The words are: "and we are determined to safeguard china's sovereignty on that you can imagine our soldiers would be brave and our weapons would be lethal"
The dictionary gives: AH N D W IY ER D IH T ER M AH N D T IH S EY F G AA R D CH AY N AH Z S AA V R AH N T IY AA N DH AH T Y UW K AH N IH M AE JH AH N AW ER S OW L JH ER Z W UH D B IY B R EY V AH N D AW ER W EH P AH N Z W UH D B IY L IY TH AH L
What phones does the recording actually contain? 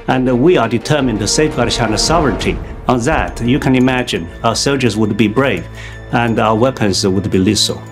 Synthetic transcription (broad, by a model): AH N W IY ER D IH T ER M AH N T IH S EY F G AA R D SH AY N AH S AA V R AH N T IY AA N DH AH T Y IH K AH N IH M AE JH AH N AW ER S OW L JH ER Z W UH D B IY B R EY V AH N AW ER W EH P AH N Z W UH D B IY L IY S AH L